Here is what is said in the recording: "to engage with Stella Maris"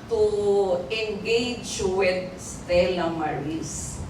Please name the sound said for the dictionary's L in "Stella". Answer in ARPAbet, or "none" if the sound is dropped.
L